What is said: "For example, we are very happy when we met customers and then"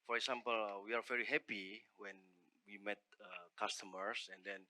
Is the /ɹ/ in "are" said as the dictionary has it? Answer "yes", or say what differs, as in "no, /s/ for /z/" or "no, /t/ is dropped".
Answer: yes